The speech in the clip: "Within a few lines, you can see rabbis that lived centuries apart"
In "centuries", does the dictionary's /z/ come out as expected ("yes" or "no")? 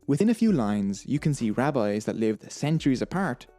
yes